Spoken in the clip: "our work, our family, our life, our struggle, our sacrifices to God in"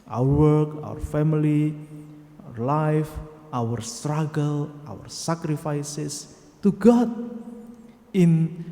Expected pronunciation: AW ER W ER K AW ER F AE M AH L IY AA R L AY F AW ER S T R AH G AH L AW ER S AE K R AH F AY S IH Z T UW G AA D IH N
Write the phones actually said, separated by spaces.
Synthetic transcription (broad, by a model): AW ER W ER K AW ER F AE M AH L IY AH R L AY F AW ER S T R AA G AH L AW ER S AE K R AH F AY S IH S T UW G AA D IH N